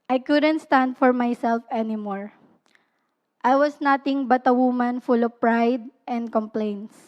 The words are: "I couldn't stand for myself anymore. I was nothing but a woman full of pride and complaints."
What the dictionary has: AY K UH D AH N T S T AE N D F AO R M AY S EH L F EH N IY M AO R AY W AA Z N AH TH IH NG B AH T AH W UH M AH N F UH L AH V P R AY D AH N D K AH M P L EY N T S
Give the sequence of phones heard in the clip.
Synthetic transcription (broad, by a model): AY K UH D AH N T S T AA N D F AO R M AY S EH L F EH N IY M AO R AY W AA S N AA T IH NG B AH T AH W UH M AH N F UH L AH V P R AY D AH N D K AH M P L EY N T S